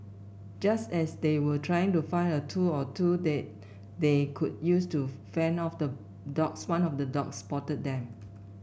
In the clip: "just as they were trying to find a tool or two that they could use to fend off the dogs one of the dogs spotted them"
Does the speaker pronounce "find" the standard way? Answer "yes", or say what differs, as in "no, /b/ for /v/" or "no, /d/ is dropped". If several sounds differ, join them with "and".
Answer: no, /d/ is dropped